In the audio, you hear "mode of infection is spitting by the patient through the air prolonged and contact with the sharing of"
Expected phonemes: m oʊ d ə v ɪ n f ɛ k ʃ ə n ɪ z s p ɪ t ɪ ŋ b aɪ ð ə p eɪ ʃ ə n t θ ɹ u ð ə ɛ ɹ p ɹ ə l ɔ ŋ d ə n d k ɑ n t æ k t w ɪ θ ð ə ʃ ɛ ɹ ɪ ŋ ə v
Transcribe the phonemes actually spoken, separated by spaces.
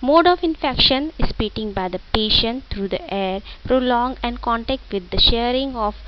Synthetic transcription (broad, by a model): m oʊ d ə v ɪ n f ɛ k ʃ ə n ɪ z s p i t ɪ ŋ b aɪ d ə p eɪ ʃ ə n t t ɹ u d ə ɛ ɹ p ɹ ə l ɔ ŋ ə n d k ɑ n t æ k t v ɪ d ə ʃ ɛ ɹ ɪ ŋ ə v